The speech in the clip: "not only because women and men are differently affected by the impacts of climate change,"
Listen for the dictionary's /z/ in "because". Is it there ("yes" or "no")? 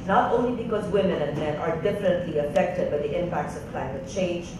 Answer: yes